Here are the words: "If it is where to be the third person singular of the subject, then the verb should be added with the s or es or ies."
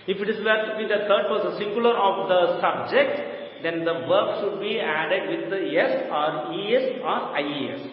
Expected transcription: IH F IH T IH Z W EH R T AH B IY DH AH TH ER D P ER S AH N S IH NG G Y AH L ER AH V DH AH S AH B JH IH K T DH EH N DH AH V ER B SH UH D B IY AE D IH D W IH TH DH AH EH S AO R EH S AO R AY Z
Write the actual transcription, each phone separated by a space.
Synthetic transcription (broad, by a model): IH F IH T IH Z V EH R T AH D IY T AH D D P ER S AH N S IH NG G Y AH L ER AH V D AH S AH B JH IH K T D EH N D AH V ER B SH UH D B IY AE D IH D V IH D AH EH S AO R EH S AO R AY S